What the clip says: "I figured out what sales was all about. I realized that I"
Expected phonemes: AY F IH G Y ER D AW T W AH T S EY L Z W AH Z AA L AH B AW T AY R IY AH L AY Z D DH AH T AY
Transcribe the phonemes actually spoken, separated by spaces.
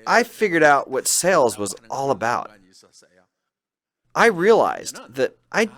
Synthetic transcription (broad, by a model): AY F IH G Y ER D AW T W AH T S EY L Z W AH Z AA L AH B AW T AY R IY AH L AY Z DH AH T AY